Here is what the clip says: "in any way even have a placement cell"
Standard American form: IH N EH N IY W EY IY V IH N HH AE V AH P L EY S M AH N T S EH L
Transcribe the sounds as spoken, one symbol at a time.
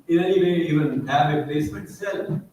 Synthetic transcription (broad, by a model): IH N EH N IY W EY IY V IH N HH AE V AH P L EY S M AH T S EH L